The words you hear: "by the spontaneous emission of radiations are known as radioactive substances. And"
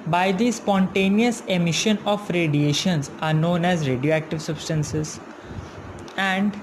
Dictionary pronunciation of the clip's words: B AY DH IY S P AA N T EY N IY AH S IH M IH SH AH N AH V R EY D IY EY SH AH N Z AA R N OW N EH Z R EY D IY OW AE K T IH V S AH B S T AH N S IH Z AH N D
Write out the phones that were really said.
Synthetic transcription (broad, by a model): B AY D IY S P AA N T EY N IY AH S IH M IH SH AH N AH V R EY D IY EY SH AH N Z AA R N OW N EH Z R EY D IY OW AE K T IH V S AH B S T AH N S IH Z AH N D